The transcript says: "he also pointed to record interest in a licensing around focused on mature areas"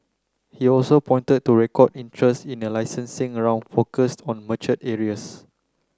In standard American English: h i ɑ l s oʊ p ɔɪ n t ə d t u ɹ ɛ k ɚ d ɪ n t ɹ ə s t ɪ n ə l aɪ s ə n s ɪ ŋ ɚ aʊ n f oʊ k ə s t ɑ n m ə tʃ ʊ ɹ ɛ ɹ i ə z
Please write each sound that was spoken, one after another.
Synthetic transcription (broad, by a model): h i ɑ l s oʊ p ɔɪ n t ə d t u ɹ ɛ k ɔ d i n t ɹ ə s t ɪ n ə l aɪ s ə n s ɪ ŋ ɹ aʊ n f oʊ k ə s t ɑ n m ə tʃ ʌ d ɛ ɹ i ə s